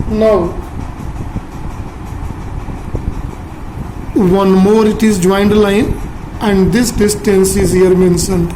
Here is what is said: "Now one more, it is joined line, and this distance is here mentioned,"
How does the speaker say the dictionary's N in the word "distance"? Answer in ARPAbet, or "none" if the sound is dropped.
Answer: N